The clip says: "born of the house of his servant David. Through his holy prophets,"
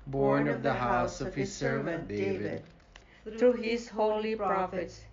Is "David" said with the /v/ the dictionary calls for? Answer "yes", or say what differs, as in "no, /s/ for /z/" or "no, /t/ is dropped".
yes